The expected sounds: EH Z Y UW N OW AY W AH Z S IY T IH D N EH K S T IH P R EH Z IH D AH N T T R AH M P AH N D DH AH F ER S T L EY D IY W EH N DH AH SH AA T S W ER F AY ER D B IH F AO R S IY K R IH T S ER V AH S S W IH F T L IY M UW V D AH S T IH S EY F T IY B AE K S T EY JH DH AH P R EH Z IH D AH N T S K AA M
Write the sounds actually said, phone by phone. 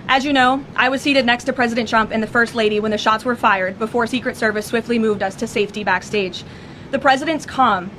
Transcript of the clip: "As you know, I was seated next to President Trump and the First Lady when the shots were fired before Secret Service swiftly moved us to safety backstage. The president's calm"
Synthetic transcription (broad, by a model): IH Z Y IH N OW AY W AH Z S IY T IH D N EH K S T IH P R EH Z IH D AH N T T R AH M P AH N DH AH F ER S T L EY D IY W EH N DH AH SH AA T S W ER F AY ER D B IH F AO R S IY K R IH T S ER V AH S S W IH F T L IY M UW V D AH S T IH S EY F T IY B AE K S T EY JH DH AH P R EH Z IH D AH N T S K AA M